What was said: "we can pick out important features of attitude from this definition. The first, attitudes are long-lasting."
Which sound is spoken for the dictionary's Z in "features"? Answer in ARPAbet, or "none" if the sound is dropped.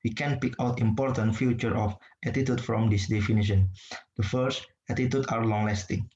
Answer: none